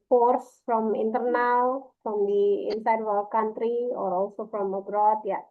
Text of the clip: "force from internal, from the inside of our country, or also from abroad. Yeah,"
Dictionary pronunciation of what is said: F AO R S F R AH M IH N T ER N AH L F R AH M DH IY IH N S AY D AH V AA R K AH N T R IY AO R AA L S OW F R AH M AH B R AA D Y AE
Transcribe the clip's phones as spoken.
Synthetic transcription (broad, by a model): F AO R S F R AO M IH N T ER N AH L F R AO M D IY IH N S AY D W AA L K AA N T R IY AO R AA L S OW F R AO M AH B R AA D Y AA